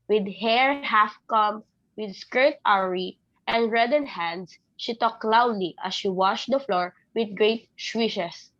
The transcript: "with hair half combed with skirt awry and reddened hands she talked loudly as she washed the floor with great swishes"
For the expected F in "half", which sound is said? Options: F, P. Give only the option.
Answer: F